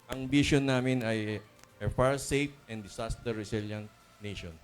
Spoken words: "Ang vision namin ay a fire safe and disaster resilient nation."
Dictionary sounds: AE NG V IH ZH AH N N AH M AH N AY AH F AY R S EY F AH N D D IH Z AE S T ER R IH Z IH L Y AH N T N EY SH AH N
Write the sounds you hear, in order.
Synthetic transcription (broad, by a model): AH NG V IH SH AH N N AH M AH N AY AH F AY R S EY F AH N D D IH S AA S T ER R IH S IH L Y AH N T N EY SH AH N